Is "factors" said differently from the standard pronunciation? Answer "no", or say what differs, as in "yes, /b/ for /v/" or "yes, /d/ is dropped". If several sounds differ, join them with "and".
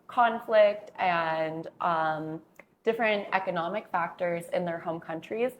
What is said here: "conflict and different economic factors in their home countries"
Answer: no